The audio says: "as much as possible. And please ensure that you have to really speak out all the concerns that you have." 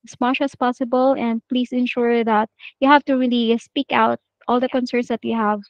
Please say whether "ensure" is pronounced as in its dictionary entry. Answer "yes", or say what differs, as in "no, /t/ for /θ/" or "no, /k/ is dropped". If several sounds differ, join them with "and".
yes